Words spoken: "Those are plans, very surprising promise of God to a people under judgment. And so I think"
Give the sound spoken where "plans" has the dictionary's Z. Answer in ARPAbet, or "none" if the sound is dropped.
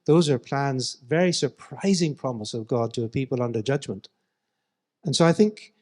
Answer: Z